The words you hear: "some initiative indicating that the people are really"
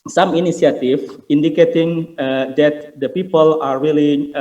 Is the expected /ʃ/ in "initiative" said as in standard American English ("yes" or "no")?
no